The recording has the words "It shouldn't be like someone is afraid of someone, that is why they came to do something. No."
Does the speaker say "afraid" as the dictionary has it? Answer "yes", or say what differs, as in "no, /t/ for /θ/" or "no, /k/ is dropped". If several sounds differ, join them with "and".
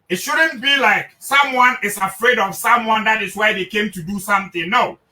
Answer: yes